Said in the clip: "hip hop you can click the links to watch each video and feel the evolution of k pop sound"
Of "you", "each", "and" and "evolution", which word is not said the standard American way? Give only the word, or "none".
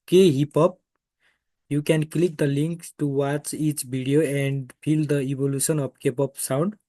evolution